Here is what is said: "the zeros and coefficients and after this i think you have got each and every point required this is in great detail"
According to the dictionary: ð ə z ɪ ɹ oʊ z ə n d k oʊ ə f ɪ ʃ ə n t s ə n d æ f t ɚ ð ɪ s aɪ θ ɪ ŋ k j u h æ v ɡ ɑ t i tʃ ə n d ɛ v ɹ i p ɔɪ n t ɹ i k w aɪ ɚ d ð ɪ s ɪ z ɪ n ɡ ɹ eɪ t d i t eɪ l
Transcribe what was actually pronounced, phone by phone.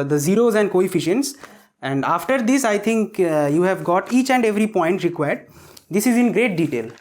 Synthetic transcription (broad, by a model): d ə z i ɹ oʊ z ə n d k oʊ ə f ɪ ʃ ə n t s ə n d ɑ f t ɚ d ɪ s aɪ t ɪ ŋ k j u h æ v ɡ ɑ t i tʃ ə n d ɛ v ɹ i p ɔɪ n t ɹ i k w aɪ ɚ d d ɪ s ɪ z ɪ n ɡ ɹ eɪ t d i t eɪ l